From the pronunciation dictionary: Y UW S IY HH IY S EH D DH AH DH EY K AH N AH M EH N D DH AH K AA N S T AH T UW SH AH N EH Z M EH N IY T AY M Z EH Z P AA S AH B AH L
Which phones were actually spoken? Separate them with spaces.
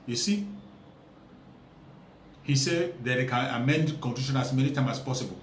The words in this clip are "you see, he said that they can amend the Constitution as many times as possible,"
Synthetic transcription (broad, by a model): Y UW S IY HH IY S EH D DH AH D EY K AH N AH M EH N D K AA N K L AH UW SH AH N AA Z M EH N IY T AY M AA S P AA S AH B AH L